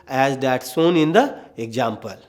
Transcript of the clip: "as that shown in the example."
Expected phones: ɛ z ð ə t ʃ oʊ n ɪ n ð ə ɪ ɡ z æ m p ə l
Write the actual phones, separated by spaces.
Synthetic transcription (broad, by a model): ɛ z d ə t s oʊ n ɪ n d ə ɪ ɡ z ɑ m p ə l